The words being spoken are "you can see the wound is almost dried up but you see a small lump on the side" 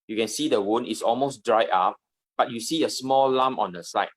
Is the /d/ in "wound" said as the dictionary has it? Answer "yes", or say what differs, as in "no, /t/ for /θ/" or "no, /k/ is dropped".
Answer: no, /d/ is dropped